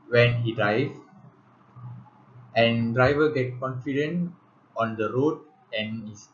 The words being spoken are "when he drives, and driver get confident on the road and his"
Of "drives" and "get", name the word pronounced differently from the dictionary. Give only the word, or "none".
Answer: drives